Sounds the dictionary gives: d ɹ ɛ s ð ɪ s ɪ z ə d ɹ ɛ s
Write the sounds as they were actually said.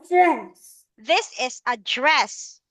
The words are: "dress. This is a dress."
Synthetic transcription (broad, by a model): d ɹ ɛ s ð ɪ s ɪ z ə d ɹ ɛ s